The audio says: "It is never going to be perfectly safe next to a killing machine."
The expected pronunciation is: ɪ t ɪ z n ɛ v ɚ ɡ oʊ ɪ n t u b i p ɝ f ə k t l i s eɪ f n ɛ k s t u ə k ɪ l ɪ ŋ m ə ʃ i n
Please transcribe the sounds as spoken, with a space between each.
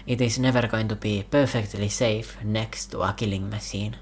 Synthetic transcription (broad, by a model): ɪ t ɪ s n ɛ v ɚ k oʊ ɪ n t u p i p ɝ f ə k t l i s eɪ f n ɛ k s t u ə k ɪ l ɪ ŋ m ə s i n